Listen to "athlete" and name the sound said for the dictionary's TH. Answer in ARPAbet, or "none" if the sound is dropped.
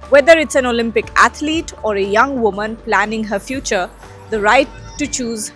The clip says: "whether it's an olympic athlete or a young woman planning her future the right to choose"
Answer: T